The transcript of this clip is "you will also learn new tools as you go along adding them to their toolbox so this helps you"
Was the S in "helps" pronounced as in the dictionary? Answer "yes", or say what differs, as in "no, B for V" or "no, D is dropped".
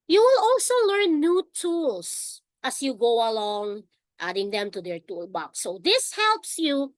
yes